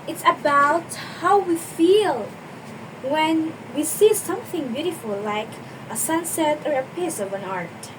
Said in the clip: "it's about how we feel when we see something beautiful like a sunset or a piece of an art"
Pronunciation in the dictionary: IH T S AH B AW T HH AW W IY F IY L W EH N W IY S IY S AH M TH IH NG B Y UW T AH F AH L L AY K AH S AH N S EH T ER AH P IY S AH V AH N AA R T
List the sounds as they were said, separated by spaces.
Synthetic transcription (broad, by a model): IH T S AH B AW T HH AW W IY F IY L W EH N W IY S IY S AH M TH IH NG B Y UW T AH F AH L L AY K AH S AH N S EH T ER AH P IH S AH V AH N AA R T